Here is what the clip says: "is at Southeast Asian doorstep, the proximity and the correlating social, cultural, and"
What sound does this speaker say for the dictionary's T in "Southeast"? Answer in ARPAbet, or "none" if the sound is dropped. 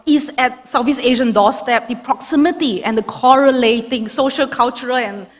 none